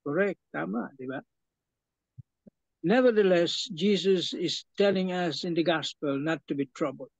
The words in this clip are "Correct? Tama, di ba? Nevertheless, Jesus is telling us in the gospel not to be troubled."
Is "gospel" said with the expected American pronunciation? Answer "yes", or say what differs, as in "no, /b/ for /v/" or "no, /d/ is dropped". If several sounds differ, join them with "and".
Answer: yes